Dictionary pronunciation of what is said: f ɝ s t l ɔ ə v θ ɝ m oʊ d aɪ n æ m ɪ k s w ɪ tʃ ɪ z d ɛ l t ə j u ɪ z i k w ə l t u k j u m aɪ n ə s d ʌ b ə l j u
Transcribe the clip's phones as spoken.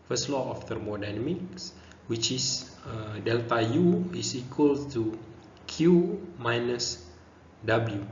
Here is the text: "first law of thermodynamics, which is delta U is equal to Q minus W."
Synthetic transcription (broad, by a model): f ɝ s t l ɔ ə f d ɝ m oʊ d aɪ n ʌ m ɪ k s w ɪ tʃ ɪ s d ɛ l t ə j u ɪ s i k w ə l t u k j u m aɪ n ə s d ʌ b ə l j u